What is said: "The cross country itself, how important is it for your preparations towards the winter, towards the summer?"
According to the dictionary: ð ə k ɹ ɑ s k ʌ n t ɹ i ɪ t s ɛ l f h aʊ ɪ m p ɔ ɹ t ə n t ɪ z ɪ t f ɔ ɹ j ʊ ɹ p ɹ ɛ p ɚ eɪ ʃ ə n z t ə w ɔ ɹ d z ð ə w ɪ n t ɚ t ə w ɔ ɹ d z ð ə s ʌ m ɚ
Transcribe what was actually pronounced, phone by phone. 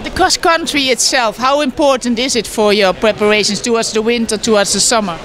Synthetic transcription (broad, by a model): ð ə k ɑ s k ʌ n t ɹ i ɪ t s ɛ l f h aʊ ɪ m p ɔ ɹ t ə n t ɪ z ɪ t f ɔ ɹ j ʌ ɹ p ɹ ɛ p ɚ eɪ ʃ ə n s t ə w ɔ ɹ d z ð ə w ɪ n t ɚ t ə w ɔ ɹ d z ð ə s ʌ m ɚ